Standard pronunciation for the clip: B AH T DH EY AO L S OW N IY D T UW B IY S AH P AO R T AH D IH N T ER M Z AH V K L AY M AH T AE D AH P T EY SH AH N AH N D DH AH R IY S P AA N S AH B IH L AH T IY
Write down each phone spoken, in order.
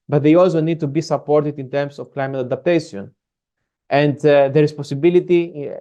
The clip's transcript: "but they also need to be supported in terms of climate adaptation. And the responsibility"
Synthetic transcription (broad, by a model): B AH T DH EY AO L S OW N IY D T UW B IY S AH P AO R T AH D IH N T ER M S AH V K L AY M AH T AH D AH P T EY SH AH N AH N D DH AH R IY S P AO S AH B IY L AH T IY